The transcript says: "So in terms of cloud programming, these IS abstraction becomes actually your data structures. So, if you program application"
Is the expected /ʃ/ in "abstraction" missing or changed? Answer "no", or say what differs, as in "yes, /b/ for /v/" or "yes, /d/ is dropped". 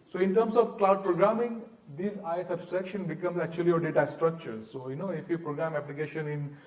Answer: no